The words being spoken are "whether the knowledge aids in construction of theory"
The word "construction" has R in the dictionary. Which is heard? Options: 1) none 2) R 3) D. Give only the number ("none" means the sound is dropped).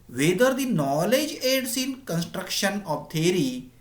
2